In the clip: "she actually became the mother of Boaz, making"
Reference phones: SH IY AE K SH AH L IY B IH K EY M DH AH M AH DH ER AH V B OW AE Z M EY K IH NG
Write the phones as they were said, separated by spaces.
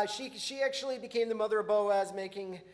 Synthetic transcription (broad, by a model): SH IY AE K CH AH L IY B IH K EY M DH AH M AH DH ER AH B OW AE Z M EY K IH NG